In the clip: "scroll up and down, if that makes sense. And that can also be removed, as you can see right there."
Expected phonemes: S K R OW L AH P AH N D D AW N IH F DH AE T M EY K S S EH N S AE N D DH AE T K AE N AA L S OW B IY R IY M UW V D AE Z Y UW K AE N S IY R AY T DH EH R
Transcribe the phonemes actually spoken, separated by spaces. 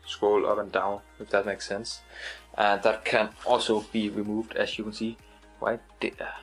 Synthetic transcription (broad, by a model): S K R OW L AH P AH N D D AW N IH F DH AE T M EY K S S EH N S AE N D DH AE T K AE N AA L S OW B IY R IY M UW V D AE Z Y UW K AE N S IY W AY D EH